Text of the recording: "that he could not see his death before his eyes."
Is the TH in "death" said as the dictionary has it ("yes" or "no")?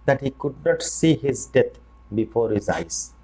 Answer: no